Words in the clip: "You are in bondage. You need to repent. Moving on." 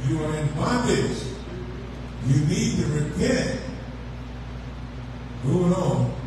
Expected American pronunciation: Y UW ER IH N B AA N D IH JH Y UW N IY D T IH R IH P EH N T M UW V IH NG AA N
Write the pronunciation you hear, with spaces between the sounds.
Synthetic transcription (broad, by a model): Y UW ER IH N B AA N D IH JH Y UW N IY D T IH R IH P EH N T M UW IH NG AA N